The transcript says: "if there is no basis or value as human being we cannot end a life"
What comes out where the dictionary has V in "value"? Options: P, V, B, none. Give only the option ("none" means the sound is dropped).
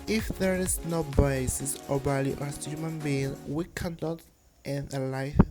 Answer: B